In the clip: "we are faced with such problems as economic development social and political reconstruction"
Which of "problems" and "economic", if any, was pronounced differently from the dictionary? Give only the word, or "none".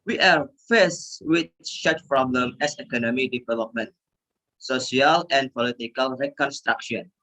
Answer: problems